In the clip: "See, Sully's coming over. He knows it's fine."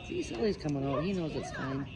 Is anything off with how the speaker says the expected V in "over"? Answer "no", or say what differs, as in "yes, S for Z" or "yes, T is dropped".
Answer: yes, V is dropped